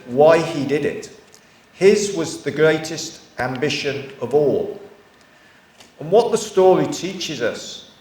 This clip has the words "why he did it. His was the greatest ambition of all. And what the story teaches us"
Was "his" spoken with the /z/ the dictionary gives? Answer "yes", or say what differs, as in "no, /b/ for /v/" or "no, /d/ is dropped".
yes